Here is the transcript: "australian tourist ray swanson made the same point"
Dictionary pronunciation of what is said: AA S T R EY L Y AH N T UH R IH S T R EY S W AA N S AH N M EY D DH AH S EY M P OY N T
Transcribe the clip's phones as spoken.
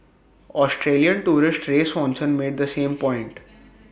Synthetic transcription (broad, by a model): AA S T R EY L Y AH N T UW R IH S T R EY S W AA N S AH N M EY D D AH S EY M P OY N T